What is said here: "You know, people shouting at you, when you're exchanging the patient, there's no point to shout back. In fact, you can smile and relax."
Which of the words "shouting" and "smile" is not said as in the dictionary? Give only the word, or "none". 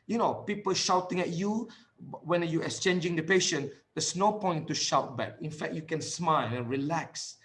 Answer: none